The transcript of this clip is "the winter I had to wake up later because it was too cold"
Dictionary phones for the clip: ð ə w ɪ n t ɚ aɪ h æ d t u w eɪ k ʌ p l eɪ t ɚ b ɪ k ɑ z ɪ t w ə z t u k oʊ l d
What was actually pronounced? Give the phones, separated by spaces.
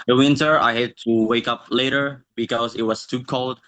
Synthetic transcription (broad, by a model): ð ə w ɪ n t ɚ aɪ h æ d t u w eɪ k ʌ p l eɪ t ɚ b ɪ k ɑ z ɪ t w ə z t u k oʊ l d